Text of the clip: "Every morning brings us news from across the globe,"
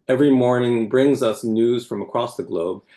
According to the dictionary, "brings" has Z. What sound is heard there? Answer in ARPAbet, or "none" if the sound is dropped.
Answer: Z